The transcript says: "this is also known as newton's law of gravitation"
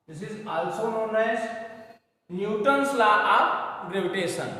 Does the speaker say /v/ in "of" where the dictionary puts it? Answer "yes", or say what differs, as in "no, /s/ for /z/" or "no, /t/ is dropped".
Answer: no, /p/ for /v/